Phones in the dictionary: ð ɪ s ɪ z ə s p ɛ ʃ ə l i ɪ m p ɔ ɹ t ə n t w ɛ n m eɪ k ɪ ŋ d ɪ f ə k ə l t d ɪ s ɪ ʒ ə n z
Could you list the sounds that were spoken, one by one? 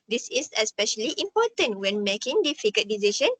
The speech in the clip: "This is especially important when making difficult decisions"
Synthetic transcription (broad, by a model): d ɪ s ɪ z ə s p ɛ ʃ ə l i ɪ m p ɔ t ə n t w ɛ n m eɪ k ɪ ŋ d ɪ f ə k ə t d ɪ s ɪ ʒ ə n